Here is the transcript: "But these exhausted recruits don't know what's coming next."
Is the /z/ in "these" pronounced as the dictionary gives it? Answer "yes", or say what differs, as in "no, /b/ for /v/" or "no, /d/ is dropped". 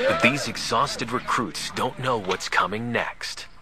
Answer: yes